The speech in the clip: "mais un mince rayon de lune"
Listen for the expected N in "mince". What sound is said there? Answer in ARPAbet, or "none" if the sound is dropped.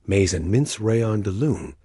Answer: N